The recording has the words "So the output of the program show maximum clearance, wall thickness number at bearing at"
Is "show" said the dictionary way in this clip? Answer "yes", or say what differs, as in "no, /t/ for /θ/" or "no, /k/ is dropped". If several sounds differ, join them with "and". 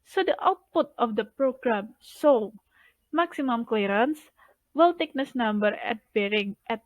no, /s/ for /ʃ/